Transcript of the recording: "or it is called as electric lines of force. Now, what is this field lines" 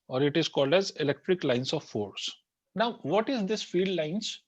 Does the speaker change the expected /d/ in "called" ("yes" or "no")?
no